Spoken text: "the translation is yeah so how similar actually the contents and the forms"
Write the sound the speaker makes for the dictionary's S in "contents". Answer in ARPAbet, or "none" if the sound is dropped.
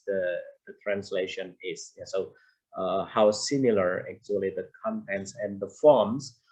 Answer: S